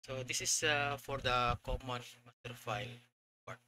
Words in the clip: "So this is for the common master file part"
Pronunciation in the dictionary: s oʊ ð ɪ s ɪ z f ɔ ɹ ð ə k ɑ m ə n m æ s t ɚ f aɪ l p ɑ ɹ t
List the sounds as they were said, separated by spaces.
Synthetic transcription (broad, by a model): s oʊ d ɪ s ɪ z f ɔ ɹ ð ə k ɑ m ə n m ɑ t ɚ f aɪ l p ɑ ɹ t